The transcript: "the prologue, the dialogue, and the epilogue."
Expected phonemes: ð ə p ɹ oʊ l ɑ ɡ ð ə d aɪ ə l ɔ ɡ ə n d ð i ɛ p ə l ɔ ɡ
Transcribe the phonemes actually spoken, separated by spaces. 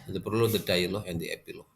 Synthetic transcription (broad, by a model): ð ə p ɹ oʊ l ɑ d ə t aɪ l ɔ ə n d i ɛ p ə l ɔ